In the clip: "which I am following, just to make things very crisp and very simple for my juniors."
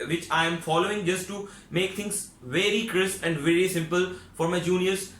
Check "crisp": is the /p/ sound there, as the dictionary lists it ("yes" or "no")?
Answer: no